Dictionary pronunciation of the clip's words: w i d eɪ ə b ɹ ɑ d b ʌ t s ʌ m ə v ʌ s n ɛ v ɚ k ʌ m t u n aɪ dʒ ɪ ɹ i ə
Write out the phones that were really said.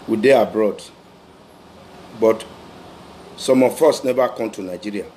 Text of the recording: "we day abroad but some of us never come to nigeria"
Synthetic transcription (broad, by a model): w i d eɪ ə b ɹ ɑ d b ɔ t s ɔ m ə f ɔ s n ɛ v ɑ k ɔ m t u n aɪ dʒ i ɹ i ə